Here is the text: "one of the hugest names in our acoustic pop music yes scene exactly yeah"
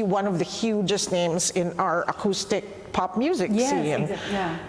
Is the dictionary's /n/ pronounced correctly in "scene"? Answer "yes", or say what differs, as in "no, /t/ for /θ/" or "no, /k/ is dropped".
no, /n/ is dropped